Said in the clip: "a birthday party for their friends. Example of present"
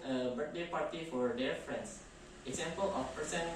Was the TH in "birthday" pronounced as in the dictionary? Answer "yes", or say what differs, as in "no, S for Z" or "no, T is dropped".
no, T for TH